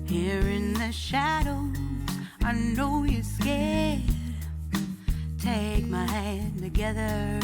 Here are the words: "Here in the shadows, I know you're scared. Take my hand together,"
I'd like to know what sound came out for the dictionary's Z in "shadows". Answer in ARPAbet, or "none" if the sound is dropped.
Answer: none